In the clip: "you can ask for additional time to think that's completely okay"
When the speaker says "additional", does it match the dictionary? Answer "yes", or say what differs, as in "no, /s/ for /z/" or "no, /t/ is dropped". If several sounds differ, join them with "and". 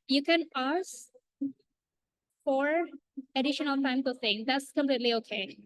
yes